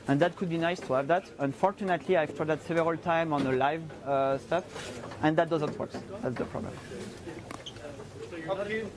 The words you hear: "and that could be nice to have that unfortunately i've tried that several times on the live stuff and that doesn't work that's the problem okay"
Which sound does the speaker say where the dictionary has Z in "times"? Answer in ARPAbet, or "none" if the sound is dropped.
none